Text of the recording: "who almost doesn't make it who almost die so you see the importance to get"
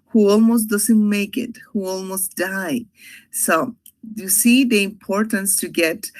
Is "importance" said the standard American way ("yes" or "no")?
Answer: yes